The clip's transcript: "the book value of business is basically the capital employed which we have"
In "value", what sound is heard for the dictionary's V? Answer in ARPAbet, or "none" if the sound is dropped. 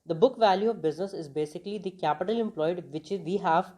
V